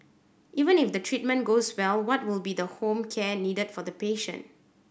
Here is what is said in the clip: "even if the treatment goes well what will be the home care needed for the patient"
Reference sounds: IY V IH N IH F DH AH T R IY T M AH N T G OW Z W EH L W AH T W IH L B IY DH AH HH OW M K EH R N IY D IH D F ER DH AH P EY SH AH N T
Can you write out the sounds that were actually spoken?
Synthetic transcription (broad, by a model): IY V IH N IH F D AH T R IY T M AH N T G OW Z W EH L W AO T W IH L B IY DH AH HH OW M K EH N IY D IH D F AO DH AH P EY SH AH N T